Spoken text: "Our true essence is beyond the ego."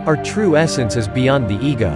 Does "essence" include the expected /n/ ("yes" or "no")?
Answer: yes